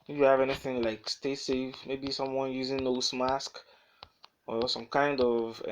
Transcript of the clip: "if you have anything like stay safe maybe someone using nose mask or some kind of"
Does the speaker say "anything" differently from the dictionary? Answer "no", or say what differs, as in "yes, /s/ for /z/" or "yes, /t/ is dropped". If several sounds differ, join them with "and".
no